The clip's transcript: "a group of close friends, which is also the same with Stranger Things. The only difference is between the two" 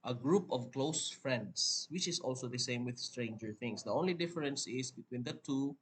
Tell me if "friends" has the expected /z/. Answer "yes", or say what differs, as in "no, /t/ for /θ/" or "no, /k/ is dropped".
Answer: no, /s/ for /z/